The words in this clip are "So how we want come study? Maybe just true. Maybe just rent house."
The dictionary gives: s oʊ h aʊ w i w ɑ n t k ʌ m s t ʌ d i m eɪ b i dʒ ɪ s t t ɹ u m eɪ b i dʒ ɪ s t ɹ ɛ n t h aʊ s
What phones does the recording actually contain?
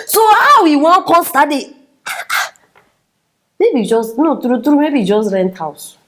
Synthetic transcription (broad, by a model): s oʊ h aʊ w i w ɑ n k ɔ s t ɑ d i m eɪ b i dʒ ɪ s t t ɹ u m eɪ b i dʒ ɪ s t ɹ ɛ n t h aʊ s